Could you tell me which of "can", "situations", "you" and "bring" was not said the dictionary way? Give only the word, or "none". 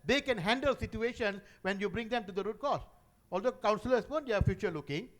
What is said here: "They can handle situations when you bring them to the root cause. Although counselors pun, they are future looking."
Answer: situations